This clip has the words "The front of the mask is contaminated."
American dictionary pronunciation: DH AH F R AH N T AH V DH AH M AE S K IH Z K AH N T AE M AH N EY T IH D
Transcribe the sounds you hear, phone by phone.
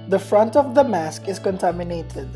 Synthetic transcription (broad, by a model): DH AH F R AH N T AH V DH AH M AE S K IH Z K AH N T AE M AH N EY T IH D